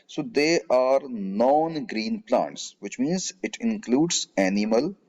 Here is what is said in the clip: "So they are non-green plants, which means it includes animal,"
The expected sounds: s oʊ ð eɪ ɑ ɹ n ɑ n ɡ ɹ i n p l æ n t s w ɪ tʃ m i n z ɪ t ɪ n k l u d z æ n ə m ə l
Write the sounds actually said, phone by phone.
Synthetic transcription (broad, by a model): s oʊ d eɪ ɑ ɹ n ɑ n ɡ ɹ i n p l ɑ n t s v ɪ tʃ m i n z ɪ t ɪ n k l u d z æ n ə m ə l